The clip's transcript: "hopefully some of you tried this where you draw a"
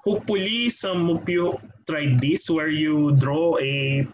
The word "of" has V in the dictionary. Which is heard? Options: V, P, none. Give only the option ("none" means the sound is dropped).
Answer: P